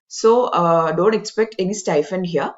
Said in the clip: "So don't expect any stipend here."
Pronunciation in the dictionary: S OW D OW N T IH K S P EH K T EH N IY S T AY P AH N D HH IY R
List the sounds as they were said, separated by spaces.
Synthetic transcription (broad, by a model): S OW D OW N T IH K S P EH K T EH N IY S T AY F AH N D HH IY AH